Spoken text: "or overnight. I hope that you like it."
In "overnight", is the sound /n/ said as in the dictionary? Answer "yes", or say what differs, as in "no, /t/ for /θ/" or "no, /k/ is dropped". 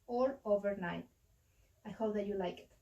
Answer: yes